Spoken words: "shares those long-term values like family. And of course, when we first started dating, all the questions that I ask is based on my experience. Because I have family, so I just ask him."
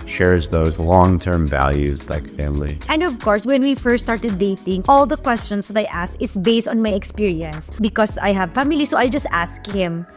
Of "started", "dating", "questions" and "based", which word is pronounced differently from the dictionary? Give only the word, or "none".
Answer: questions